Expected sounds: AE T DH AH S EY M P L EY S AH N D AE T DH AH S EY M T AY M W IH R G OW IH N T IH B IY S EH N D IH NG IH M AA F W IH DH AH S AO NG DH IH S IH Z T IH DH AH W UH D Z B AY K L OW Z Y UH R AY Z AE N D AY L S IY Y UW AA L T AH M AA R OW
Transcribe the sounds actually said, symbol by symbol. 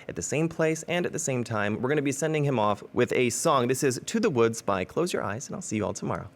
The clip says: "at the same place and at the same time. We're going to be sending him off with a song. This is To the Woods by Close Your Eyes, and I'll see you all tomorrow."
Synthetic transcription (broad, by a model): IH T DH AH S EY M P L EY S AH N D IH T DH AH S EY M T AY M W IH R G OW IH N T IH B IY S EH N D IH NG IH M AA F W IH DH AH S AO NG DH IH S IH Z T IH DH AH W UH D Z B AY K L OW Z Y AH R AY Z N AY L S IY Y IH AA L T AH M AA R OW